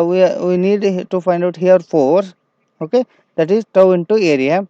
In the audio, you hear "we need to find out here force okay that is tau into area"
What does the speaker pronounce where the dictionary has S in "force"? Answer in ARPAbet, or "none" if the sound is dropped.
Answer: none